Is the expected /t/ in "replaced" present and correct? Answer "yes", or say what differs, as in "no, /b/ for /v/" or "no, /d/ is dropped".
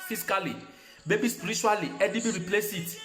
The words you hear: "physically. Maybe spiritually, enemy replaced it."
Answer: no, /t/ is dropped